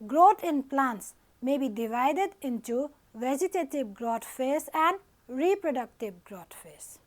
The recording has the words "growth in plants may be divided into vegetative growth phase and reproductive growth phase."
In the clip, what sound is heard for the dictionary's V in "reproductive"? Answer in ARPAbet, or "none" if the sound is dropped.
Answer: B